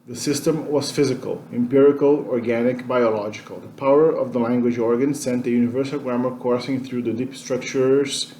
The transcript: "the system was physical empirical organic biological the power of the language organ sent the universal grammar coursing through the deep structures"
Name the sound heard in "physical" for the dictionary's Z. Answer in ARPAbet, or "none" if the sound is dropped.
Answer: Z